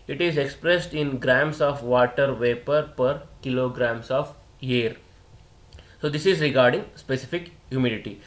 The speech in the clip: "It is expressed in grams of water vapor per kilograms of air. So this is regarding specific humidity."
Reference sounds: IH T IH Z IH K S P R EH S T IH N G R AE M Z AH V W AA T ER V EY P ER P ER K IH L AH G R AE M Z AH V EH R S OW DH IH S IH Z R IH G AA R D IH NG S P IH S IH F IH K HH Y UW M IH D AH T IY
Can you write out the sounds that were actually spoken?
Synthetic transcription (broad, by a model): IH T IH Z IH K S P R EH S T IH N G R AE M S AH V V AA T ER V EY P ER P ER K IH L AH G R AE M S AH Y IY R S OW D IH S IH Z R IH G AA R D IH NG S P IH S IH F IH K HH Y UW M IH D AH T IY